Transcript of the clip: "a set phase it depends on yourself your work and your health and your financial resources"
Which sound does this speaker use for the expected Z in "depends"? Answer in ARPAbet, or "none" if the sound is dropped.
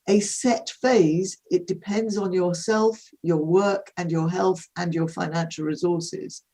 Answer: Z